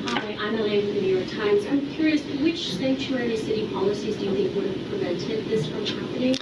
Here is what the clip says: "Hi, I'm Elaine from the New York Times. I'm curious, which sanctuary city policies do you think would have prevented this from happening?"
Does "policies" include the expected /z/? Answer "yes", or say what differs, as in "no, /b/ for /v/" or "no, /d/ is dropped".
yes